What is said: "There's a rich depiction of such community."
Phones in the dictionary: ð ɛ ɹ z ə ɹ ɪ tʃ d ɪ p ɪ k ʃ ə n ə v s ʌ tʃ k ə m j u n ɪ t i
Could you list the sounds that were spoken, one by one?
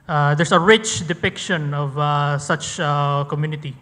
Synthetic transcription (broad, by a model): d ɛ ɹ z ə ɹ ɪ tʃ d ɪ p ɪ k ʃ ə n ə v s ʌ tʃ k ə m j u n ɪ t i